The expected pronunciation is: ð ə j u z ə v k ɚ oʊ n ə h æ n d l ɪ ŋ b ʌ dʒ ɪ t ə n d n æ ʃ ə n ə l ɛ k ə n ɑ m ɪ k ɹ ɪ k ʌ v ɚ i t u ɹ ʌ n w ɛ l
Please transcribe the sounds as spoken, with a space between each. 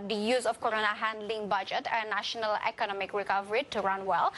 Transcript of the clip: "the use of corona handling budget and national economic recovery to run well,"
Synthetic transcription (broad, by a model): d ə j u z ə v k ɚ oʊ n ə h æ n d l ɪ ŋ b ʌ dʒ ɪ t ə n n æ ʃ ə n ə l ɛ k ə n ɑ m ɪ k ɹ ɪ k ʌ v ɚ i t u ɹ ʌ n w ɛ l